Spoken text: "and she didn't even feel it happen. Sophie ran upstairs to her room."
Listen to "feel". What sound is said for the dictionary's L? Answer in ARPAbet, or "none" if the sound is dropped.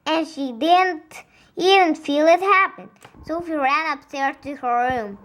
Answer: L